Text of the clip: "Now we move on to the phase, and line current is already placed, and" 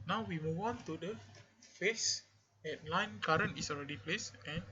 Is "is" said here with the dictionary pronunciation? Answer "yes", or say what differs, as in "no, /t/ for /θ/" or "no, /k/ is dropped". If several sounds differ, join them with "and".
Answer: no, /s/ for /z/